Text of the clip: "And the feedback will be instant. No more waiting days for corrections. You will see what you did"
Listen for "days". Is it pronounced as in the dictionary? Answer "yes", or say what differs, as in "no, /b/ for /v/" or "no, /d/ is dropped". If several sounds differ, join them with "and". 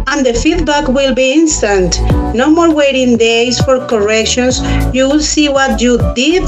no, /s/ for /z/